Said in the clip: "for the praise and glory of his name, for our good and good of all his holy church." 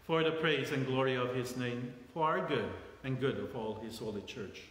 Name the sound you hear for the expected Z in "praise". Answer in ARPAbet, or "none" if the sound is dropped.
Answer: Z